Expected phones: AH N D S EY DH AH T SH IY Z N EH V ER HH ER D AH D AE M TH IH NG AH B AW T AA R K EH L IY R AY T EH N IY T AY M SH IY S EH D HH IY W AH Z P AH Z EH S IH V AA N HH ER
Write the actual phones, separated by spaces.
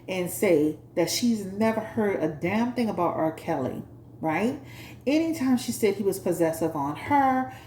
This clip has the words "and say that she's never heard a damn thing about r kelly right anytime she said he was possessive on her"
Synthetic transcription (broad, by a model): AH N S EY DH AH T SH IY Z N EH V ER HH ER D AH D AE M TH IH NG AH B AW T AA R K EH L IY R AY T EH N IY T AY M SH IY S EH D HH IY W AH Z P AH Z EH S IH V N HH ER